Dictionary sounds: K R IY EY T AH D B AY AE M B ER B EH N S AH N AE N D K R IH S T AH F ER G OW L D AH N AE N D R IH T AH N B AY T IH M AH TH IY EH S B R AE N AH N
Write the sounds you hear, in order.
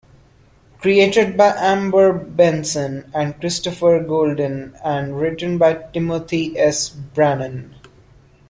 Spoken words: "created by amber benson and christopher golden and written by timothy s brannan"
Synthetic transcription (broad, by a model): K R IY EY T AH D B AY AE M B ER B EH N S AH N AE N D K R IH S T AH F ER G OW L D AH N AE N D R IH T AH N B AY T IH M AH T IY EH S B R AE N AH N